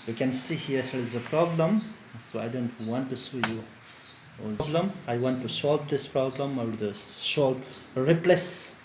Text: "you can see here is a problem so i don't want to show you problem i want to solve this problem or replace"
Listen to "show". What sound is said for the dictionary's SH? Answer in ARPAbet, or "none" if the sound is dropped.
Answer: S